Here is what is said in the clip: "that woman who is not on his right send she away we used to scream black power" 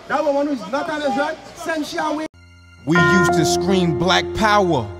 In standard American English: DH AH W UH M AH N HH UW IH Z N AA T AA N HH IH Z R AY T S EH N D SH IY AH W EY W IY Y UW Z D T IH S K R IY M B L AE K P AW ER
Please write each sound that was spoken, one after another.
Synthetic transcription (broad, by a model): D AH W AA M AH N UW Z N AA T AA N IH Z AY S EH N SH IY AH W EY W IY Y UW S T IH S K R IY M B L AE K P AW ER